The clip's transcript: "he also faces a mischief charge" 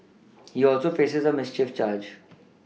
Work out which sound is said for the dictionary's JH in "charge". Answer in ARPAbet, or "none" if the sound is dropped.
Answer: JH